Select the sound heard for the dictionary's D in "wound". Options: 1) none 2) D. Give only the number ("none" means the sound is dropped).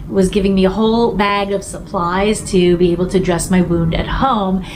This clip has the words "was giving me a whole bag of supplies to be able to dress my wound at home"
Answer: 2